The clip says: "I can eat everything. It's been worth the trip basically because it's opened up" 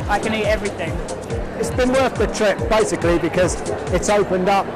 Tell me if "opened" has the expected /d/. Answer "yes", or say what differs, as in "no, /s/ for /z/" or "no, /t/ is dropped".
yes